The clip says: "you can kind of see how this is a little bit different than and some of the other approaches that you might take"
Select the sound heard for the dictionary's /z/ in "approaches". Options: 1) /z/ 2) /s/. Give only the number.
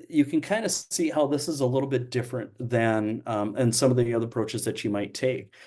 1